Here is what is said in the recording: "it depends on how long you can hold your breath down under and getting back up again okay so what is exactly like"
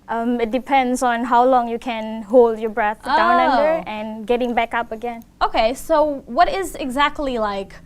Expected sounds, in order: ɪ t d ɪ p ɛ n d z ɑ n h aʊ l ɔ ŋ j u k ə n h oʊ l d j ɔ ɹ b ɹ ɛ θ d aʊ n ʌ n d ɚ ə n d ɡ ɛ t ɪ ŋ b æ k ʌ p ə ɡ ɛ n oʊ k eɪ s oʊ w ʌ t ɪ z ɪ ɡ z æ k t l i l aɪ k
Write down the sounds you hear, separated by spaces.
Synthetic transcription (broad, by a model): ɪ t d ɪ p ɛ n d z ɑ n h aʊ l ɔ ŋ j u k ə n h oʊ l d j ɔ b ɹ ɛ θ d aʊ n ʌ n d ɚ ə n ɡ ɛ t ɪ ŋ b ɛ k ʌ p ə ɡ ɛ n oʊ k eɪ s oʊ w ʌ t ɪ z ɪ ɡ z æ k t l i l aɪ k